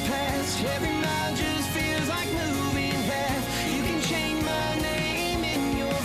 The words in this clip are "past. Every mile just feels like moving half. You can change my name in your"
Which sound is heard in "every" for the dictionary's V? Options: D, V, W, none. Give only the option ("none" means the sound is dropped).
none